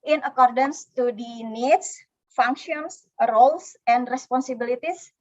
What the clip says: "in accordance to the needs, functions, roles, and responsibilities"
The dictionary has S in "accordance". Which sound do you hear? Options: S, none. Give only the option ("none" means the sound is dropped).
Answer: S